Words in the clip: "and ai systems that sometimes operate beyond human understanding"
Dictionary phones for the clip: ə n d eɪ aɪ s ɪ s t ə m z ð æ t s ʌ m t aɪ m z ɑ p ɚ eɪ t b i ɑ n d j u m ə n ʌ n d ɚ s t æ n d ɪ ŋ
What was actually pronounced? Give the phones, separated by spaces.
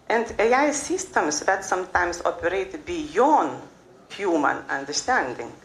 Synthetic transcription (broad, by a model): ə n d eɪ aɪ s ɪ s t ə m s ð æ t s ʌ m t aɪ m s ɑ p ɚ eɪ t b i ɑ n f j u m ə n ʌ n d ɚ s t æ n d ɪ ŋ